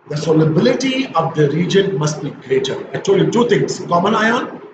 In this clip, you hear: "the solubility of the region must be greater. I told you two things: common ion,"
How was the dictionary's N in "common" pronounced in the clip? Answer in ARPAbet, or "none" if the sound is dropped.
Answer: N